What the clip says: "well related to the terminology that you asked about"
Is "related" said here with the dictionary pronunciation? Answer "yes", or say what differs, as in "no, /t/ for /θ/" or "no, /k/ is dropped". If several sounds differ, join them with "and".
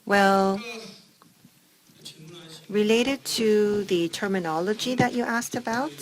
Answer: yes